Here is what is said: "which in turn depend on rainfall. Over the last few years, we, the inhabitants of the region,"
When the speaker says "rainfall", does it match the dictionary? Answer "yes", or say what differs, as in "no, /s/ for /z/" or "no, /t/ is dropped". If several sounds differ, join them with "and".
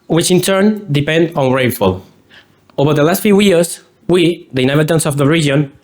no, /n/ is dropped